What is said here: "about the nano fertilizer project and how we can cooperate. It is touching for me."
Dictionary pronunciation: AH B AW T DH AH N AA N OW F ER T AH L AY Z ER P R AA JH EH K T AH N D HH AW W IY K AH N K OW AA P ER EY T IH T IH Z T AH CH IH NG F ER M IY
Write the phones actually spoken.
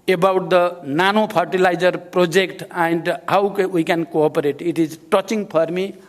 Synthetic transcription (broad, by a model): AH B AW T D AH N AA N OW P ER T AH L AY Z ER P R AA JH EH K T AH N D HH AW W IY K AH N K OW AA P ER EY T IH T IH Z T AH CH IH NG P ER M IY